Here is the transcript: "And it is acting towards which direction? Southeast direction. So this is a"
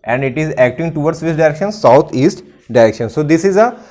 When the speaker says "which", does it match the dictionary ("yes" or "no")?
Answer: no